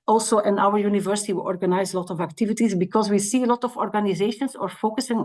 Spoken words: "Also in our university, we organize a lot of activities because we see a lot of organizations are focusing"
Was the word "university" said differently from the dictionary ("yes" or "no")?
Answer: no